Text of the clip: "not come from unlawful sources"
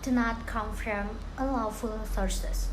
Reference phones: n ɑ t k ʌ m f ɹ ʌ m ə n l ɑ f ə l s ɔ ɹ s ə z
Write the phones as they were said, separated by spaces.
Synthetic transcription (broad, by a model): n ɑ t k ʌ m f ɹ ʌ m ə l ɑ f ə l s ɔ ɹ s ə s